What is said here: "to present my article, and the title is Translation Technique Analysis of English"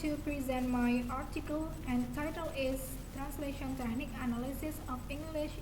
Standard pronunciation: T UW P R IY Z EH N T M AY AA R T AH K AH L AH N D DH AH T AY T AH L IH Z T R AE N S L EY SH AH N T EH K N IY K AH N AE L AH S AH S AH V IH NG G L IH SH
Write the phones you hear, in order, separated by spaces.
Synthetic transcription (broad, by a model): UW P R IY Z EH N T M AY AA R T AH K AH L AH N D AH T AY T AH L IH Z T R AE N S L EY SH AH N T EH N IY K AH N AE L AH S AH S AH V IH NG G L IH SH